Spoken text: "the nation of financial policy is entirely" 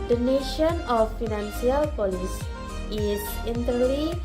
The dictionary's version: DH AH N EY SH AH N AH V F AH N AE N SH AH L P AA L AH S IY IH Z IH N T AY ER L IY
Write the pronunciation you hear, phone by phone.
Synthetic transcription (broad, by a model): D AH N EY SH AH N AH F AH N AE N S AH L P AA L AH S IY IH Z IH N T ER L IY